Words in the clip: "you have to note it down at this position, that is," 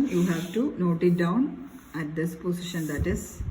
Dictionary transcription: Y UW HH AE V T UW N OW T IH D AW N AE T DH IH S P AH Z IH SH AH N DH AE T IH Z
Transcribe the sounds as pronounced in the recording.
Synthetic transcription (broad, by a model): Y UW HH AE V T UW N OW T IH D AW N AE T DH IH S P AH S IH SH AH N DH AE T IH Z